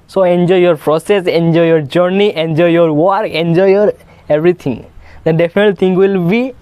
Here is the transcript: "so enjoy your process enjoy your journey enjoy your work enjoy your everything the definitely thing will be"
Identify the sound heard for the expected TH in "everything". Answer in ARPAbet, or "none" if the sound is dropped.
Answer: T